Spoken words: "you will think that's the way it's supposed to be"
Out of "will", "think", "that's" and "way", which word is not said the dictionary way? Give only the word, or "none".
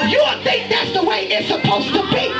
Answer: will